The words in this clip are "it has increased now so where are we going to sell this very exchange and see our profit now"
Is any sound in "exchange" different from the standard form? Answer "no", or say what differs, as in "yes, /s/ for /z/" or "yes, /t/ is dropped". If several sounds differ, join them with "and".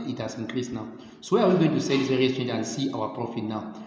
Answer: yes, /k/ is dropped